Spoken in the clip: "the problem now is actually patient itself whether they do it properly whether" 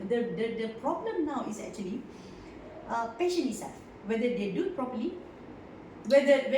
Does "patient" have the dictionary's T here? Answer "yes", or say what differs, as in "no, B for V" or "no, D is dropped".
no, T is dropped